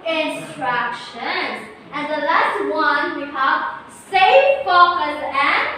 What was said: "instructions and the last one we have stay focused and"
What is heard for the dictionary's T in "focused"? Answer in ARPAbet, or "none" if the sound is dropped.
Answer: none